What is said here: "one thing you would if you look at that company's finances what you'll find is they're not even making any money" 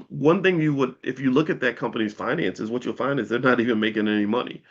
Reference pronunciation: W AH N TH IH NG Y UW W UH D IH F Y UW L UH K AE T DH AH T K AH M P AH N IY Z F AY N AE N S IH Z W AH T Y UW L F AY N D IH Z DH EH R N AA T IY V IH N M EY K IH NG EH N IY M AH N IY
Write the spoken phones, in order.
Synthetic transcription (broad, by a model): W AH N TH IH NG Y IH W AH D IH F Y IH L UH K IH T DH AH T K AH M P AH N IY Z F AY N AE N S IH Z W AH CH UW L F AY N D IH Z DH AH R N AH T IY V IH N M EY K IH NG EH N IY M AH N IY